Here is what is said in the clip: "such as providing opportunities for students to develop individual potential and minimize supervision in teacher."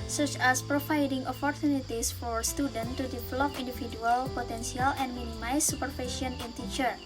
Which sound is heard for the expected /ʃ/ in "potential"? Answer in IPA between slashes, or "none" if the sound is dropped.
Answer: /s/